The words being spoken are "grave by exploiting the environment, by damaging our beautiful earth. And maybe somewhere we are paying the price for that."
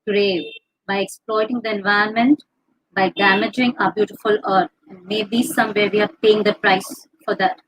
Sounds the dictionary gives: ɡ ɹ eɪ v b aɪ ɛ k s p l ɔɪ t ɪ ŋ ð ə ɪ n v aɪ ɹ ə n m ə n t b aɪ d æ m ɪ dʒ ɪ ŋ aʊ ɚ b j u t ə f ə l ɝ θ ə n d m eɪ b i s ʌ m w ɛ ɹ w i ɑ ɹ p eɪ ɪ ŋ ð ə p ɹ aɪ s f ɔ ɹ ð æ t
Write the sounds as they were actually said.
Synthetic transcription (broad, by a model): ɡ ɹ eɪ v b aɪ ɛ k s p l ɔɪ t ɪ ŋ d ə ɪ n v aɪ ə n m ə n t b aɪ d æ m ɪ dʒ ɪ ŋ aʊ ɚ b j u t ə f ə l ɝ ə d m eɪ b i s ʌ m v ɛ ɹ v i ɑ ɹ p eɪ ɪ ŋ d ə p ɹ aɪ s f ɔ ɹ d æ t